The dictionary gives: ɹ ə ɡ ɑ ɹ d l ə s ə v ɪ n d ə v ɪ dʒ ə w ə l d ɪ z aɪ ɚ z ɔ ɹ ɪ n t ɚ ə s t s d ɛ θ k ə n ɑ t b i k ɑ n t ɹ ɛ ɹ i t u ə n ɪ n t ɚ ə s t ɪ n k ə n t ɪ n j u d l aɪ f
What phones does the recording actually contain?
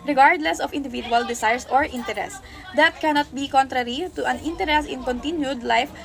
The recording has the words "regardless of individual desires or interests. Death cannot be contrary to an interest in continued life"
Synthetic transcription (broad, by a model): ɹ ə ɡ ɑ ɹ d l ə s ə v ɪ n d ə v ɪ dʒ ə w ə l d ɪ s aɪ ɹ s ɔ ɹ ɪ n t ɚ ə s s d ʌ t k ə n ɑ t b i k ɑ n t ɹ ɛ ɹ i t u ə n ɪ n t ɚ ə s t ɪ n k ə n t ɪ n j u d l aɪ f